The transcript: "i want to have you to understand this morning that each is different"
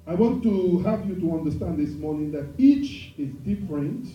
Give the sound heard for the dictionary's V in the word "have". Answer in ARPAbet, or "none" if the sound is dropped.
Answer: P